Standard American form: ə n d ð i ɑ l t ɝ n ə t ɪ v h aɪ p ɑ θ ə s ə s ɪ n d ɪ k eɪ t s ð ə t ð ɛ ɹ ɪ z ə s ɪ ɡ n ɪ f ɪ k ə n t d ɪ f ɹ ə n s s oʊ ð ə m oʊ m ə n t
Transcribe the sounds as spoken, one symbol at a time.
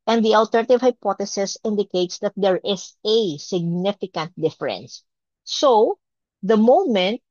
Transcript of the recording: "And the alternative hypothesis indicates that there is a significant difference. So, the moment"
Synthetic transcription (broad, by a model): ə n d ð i ɑ l t ɝ n ə t ɪ v h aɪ p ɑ t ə s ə s ɪ n d ɪ k eɪ t s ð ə t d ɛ ɹ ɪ s ə s ɪ ɡ n ɪ f ɪ k ə n t d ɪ f ɹ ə n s s oʊ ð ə m oʊ m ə n t